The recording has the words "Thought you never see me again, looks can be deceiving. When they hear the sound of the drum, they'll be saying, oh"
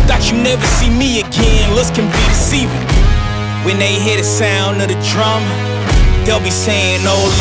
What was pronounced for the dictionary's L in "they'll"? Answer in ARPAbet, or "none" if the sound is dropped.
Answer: L